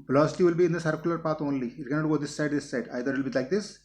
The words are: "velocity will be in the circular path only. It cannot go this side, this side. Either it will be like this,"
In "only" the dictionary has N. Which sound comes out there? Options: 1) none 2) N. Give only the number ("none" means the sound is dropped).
2